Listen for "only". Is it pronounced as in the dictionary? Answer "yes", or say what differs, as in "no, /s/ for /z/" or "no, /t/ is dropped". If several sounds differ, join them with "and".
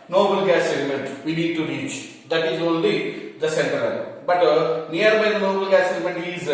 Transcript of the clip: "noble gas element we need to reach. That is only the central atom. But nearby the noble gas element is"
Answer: yes